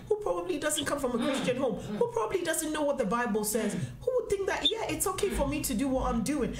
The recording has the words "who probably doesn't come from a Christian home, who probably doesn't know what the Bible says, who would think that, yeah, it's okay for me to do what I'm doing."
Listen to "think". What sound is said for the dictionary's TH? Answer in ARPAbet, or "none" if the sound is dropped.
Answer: TH